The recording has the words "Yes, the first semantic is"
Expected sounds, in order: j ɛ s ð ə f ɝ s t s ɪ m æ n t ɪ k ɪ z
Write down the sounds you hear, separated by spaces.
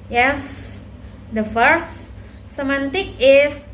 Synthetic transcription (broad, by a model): j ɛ s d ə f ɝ t s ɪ m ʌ n t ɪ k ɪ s